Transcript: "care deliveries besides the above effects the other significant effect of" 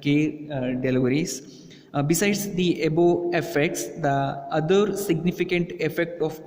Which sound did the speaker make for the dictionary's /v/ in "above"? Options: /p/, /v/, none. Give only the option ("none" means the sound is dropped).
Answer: none